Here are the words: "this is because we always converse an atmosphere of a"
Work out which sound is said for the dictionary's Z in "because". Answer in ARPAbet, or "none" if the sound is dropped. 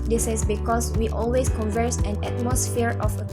S